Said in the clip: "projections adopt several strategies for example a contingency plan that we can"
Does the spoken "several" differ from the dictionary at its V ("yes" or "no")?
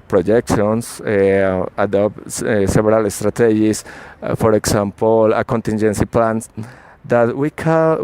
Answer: yes